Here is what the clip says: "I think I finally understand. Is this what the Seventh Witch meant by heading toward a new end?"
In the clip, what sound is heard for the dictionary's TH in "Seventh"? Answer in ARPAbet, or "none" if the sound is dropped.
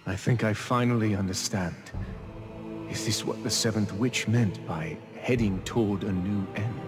TH